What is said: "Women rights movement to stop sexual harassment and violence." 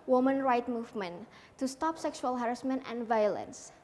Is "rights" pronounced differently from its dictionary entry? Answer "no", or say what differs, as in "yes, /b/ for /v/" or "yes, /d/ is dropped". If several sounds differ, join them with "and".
yes, /s/ is dropped